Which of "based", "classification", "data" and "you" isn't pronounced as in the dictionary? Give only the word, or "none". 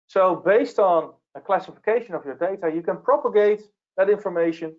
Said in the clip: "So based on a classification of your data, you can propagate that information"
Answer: none